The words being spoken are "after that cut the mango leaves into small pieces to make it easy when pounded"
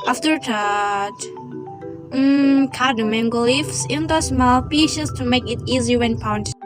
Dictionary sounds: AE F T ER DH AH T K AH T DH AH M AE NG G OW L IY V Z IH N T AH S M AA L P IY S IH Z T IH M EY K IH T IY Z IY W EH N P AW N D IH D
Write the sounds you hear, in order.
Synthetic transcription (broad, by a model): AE F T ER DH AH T K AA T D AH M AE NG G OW L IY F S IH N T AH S M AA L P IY SH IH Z T IH M EY K IH T IY Z IY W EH N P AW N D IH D